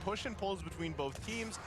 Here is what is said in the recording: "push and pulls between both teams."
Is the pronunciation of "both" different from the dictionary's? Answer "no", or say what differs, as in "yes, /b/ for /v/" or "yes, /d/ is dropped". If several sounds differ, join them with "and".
no